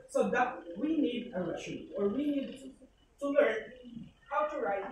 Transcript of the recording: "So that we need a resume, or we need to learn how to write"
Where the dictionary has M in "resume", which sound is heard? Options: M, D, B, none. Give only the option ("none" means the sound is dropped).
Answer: none